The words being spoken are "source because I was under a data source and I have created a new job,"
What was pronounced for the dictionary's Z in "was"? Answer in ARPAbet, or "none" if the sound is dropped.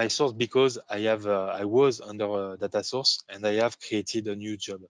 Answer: Z